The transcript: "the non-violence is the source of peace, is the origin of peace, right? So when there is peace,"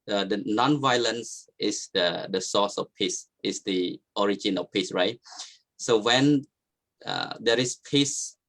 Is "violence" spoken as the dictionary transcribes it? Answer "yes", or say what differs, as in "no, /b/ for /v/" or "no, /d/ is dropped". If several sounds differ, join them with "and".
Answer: yes